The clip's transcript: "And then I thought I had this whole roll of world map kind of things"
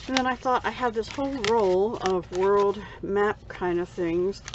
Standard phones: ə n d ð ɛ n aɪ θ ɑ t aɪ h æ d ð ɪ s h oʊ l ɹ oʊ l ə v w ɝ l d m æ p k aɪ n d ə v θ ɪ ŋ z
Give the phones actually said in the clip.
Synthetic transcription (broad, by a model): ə n ð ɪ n aɪ θ ɑ t aɪ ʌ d ð ɪ s h oʊ l ɹ oʊ l ə v w ɝ l d m æ p k aɪ n d ə v θ ɪ ŋ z